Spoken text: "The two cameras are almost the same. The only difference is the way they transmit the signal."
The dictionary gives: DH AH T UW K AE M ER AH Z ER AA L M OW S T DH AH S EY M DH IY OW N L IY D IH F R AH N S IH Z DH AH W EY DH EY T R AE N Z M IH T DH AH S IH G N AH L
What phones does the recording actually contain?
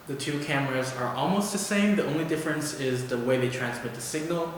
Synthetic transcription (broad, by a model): DH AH T UW K AE M ER AH Z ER AA L M OW S T DH AH S EY M DH IY OW N L IY D IH F R AH N S IH Z DH AH W EY DH EY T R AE N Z M IH T DH AH S IH G N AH L